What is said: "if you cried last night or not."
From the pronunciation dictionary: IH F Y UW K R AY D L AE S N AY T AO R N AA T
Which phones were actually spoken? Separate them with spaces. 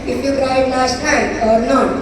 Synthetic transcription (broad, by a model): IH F Y UW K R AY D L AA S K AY AO R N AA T